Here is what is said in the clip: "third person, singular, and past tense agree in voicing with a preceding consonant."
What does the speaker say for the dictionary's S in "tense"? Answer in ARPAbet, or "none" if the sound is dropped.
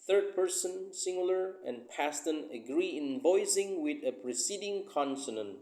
none